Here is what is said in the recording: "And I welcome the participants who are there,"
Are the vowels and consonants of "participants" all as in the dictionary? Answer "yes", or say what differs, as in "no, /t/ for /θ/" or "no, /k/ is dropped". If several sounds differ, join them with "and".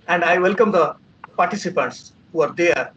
yes